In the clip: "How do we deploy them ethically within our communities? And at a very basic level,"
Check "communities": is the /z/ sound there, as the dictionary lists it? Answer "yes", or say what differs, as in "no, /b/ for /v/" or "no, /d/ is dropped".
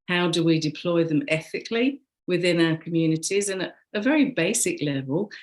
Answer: yes